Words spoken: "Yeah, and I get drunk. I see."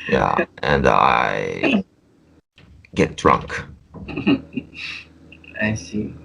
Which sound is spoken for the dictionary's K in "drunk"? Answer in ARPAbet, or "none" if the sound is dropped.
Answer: K